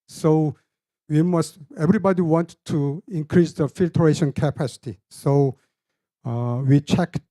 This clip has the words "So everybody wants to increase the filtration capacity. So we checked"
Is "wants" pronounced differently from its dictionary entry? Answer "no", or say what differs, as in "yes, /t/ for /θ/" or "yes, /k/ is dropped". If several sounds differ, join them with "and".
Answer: yes, /s/ is dropped